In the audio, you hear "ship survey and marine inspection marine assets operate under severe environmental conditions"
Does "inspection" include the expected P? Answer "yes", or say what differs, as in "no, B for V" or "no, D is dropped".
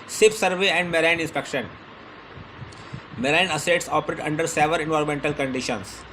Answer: yes